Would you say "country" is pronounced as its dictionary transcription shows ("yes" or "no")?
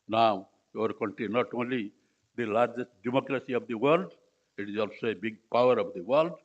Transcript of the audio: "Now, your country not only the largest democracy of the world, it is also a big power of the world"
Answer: no